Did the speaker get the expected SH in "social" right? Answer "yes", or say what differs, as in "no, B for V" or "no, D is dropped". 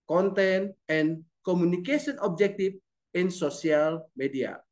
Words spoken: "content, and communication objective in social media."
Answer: no, S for SH